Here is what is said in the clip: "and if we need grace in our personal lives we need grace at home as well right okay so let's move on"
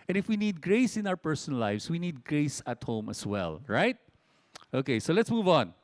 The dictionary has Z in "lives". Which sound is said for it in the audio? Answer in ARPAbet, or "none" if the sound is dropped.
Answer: S